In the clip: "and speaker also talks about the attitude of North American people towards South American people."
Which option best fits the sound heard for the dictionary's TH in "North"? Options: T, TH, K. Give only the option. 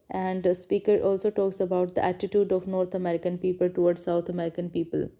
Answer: T